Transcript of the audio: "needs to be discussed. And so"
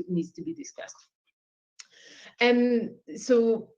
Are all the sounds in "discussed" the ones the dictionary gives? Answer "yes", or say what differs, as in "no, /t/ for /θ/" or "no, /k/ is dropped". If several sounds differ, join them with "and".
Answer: yes